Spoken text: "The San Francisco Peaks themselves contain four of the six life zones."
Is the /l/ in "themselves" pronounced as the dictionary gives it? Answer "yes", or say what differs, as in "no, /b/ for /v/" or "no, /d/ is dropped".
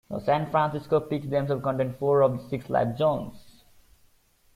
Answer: no, /l/ is dropped